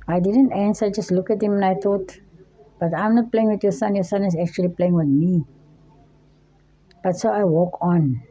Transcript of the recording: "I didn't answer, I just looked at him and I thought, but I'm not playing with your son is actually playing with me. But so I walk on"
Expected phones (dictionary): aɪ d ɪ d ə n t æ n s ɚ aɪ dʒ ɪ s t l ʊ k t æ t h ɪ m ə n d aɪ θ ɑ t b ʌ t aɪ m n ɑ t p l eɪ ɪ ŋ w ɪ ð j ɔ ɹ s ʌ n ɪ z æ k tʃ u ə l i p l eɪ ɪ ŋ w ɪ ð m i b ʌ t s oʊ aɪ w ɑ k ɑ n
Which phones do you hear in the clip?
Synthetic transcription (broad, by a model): aɪ d ɪ d ə n t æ n s aɪ dʒ ɪ s t l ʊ k ɛ t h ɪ m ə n aɪ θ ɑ t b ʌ t aɪ m n ɑ t p l eɪ ɪ ŋ w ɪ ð j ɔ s s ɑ n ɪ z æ k tʃ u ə l i p l eɪ ɪ ŋ w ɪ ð m i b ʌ t s oʊ aɪ w ɑ k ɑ n